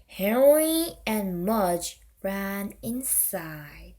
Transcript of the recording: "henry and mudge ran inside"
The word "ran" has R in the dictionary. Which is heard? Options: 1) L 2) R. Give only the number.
2